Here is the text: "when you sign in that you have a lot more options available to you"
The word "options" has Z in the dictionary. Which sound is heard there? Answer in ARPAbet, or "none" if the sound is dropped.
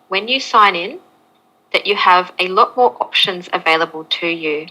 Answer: Z